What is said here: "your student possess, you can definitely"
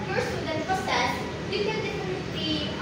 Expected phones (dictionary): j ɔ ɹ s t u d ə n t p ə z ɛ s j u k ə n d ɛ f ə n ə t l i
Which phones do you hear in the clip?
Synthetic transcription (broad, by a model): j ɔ ɹ s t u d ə n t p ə s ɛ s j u k ə n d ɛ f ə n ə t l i